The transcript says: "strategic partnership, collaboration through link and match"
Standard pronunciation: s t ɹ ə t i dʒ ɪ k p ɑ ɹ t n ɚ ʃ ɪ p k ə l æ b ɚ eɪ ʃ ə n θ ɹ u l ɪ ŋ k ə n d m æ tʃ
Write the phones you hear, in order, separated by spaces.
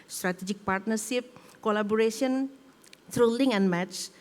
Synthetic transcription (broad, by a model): s t ɹ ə t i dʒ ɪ k p ɑ ɹ t n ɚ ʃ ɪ p k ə l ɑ b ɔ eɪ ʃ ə n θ ɹ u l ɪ ŋ ə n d m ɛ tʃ